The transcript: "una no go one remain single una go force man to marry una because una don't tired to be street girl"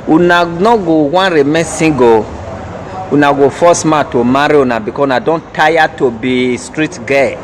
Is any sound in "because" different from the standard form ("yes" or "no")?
yes